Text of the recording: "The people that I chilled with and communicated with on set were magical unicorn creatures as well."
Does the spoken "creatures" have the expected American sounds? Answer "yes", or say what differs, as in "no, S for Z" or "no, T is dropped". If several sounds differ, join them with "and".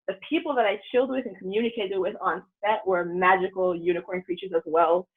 yes